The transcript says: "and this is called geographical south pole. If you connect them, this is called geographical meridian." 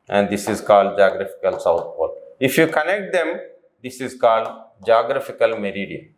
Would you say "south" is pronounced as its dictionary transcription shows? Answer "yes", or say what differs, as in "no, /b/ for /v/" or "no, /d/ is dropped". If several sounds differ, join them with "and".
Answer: no, /t/ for /θ/